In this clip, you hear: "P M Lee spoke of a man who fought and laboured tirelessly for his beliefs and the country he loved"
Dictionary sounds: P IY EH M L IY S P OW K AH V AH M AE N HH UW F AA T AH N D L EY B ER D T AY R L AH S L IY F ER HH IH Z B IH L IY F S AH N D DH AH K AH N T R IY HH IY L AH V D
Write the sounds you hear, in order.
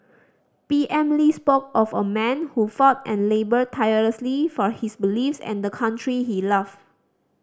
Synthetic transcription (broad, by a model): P IY EH M L IY S P OW K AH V AH M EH N HH UW F AA T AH N L EY B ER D T AY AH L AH S L IY F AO HH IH S B IH L IY F S AH N D AH K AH N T R IY HH IY L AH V